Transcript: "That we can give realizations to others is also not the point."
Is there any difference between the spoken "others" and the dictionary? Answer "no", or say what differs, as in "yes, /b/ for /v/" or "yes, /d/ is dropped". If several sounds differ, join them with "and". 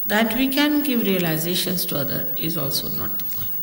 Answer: yes, /z/ is dropped